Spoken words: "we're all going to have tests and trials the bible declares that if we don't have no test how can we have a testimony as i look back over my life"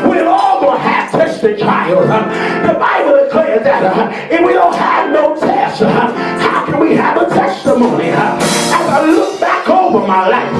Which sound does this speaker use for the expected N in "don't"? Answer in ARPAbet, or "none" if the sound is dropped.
L